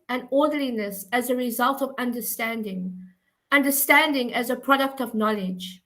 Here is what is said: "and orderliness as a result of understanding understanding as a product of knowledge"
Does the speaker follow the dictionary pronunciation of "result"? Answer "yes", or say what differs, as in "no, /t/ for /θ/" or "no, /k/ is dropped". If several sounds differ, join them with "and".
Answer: yes